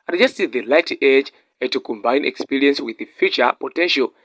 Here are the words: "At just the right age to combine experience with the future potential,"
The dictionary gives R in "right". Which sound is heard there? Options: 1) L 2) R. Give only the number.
1